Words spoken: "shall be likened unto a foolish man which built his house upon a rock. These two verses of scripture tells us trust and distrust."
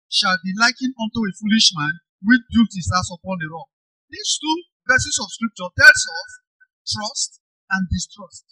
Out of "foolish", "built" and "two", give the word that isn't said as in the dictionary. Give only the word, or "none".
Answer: built